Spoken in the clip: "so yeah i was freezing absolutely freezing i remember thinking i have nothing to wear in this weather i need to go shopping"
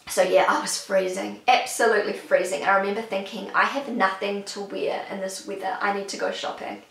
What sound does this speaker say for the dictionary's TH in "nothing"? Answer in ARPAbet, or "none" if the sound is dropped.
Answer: TH